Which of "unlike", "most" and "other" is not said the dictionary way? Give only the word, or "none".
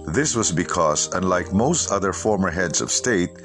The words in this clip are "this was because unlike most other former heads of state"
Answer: none